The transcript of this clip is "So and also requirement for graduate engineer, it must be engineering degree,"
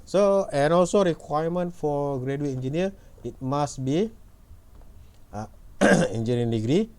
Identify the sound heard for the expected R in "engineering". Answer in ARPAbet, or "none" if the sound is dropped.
none